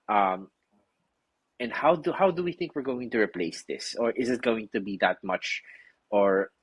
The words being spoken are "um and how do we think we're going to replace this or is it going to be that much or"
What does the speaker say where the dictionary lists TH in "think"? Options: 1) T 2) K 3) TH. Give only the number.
3